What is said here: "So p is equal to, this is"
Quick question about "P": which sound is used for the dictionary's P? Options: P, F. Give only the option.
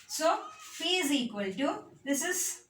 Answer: F